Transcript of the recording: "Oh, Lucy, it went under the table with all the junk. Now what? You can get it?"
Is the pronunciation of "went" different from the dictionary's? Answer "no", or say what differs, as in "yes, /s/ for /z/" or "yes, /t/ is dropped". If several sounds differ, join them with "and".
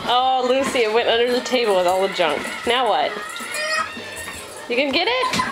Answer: no